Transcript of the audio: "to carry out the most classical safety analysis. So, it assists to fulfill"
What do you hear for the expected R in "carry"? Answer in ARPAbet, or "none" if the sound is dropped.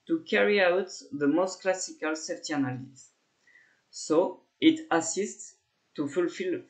R